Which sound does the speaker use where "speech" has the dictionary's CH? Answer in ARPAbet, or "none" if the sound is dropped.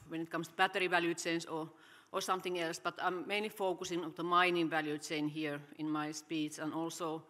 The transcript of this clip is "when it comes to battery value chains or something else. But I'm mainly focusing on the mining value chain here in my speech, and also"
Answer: S